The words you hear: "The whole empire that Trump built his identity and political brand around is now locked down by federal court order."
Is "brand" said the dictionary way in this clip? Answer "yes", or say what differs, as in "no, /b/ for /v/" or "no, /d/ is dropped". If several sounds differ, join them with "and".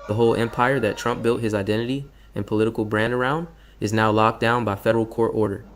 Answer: yes